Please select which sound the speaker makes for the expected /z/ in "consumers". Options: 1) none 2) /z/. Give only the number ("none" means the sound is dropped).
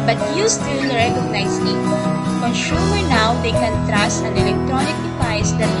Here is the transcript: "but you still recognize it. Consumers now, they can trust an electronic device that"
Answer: 1